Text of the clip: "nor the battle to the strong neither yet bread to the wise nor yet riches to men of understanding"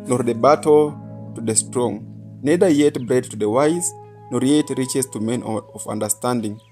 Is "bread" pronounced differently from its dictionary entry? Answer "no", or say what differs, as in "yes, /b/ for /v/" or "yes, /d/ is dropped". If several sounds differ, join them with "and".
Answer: no